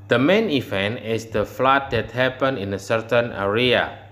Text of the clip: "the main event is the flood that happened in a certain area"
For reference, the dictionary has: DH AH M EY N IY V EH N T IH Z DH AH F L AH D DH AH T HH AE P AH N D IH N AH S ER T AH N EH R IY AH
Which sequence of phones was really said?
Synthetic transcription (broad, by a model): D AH M EY N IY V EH N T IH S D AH F L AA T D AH T HH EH P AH N IH N AH S ER T AH N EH R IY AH